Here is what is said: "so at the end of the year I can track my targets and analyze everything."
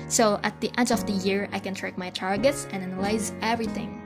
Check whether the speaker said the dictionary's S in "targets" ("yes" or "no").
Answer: yes